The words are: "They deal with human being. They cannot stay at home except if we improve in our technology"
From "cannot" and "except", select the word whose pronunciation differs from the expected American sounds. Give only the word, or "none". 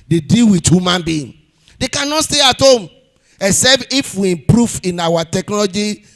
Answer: except